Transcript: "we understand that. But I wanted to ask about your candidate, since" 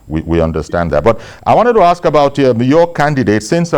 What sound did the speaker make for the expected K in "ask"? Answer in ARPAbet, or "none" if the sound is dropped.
K